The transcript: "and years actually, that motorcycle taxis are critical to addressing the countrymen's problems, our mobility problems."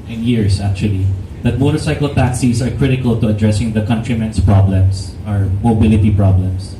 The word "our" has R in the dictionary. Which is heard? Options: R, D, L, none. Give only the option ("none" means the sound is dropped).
R